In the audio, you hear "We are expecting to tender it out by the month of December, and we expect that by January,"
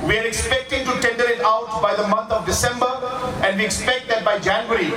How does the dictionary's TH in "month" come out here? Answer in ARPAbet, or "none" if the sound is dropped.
T